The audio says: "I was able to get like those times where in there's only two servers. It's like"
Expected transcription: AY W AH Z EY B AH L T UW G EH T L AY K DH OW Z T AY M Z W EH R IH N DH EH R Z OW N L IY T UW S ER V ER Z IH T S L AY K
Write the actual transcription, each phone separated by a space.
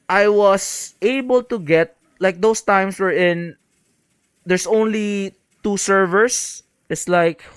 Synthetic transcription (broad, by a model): AY W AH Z EY B AH L T UW G EH T L AY K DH OW S T AY M S W EH R IH N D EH R S OW N L IY T UW S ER V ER S IH T S L AY K